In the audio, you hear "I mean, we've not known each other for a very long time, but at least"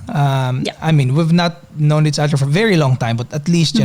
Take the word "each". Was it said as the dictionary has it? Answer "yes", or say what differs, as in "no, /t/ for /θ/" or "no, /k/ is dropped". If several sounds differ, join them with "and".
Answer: no, /s/ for /tʃ/